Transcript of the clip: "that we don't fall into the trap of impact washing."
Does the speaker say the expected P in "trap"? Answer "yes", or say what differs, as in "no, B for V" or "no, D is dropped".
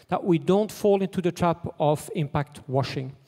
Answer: yes